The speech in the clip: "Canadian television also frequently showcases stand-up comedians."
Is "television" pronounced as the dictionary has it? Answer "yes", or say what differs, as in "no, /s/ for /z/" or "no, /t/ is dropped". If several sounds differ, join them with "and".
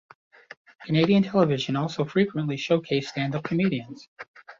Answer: yes